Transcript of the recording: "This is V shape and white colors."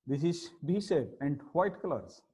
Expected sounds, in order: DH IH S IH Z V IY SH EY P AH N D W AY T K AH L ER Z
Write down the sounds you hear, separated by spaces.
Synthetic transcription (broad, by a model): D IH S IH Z B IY S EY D AH N D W AY T K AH L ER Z